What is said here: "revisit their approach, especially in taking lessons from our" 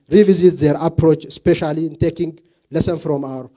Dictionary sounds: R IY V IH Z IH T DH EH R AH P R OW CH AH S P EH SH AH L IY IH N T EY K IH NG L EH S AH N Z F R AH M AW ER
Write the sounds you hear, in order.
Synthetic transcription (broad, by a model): R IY V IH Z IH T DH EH R AH P R OW CH S P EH SH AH L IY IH N T EY K IH NG L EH S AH N F R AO M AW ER